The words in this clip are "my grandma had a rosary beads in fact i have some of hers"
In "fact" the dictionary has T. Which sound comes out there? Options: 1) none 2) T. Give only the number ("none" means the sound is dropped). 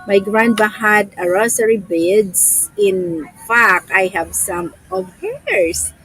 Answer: 1